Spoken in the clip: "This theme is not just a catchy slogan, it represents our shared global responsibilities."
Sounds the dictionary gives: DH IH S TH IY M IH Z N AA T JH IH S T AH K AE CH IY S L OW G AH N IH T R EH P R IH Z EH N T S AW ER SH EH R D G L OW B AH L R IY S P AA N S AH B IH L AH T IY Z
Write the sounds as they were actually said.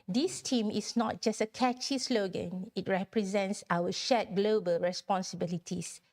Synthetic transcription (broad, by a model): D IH S T IY M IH S N AA T JH IH S T AH K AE CH IY S L OW G AH N IH T R EH P R IH Z EH N T S AW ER SH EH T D G L OW B AH L R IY S P AA N S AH B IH L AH T IY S